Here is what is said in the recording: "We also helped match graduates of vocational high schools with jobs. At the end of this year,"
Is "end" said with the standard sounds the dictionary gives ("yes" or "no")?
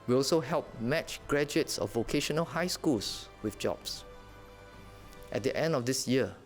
yes